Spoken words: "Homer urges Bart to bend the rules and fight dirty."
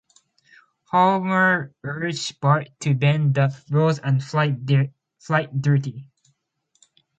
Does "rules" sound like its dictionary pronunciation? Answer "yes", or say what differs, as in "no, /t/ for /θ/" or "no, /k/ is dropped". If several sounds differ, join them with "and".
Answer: no, /l/ is dropped